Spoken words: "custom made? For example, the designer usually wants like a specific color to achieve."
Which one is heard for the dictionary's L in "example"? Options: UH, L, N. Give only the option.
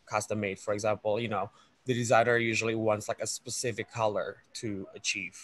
N